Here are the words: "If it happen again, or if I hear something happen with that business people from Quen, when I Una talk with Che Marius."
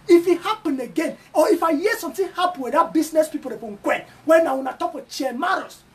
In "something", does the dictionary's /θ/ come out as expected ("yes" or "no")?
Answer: no